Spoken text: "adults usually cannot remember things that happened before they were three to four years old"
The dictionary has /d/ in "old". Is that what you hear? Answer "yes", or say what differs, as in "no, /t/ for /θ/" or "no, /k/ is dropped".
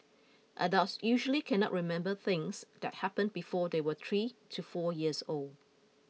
yes